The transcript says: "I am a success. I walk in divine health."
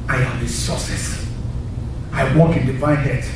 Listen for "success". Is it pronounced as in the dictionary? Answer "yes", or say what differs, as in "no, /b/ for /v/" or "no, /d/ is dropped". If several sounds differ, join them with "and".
no, /k/ is dropped